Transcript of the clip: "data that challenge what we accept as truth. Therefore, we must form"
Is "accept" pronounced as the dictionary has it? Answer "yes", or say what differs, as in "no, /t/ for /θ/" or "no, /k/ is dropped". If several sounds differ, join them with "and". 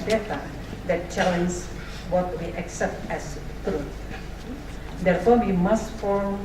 yes